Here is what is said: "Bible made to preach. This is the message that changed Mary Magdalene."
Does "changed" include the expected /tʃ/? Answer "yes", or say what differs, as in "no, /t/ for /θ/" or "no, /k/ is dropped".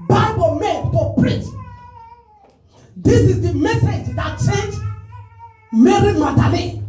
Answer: no, /s/ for /tʃ/